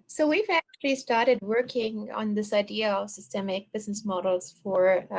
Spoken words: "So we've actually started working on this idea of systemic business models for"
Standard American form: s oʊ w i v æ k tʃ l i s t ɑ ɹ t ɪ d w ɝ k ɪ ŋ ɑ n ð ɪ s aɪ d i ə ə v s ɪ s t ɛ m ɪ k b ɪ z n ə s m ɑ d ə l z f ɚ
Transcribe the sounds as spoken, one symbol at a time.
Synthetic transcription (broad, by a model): s oʊ w i v æ k tʃ l i s t ɑ ɹ t ɪ d w ɝ k ɪ ŋ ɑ n ð ɪ s aɪ d i ə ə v s ɪ s t ɛ m ɪ k b ɪ z n ə s m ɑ d l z f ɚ